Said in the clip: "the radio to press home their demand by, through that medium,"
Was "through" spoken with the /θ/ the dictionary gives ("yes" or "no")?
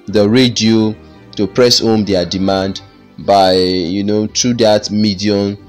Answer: no